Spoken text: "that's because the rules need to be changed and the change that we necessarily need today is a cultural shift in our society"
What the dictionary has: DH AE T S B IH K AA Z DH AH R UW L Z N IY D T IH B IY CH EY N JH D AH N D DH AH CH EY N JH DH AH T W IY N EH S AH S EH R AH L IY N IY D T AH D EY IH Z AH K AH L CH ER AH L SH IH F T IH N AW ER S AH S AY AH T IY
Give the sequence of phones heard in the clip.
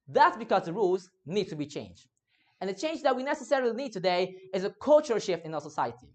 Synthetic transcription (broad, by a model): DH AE T S B IH K AA Z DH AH R UW L Z N IY D T IH B IY CH EY N JH D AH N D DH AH CH EY N JH DH AH T W IY N EH S AH S EH R AH L IY N IY D T AH D EY IH Z AH K AH L CH ER AH L SH IH F T IH N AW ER S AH S AY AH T IY